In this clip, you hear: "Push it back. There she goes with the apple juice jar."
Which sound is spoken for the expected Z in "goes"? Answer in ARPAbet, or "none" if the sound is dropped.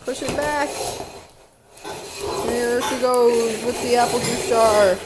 none